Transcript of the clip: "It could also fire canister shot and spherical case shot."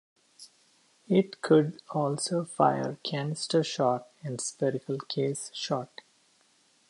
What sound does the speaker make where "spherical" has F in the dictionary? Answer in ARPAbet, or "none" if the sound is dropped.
P